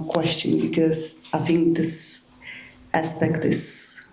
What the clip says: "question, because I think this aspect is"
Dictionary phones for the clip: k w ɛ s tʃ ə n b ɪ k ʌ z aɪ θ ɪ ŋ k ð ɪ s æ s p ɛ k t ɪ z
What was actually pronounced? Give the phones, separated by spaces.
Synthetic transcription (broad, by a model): k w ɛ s tʃ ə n b ɪ k ʌ z aɪ θ ɪ ŋ k ð ɪ s æ s p ɛ k t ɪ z